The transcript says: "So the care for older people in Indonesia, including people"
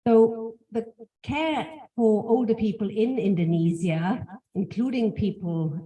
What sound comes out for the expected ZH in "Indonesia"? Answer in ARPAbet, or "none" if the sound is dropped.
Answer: Z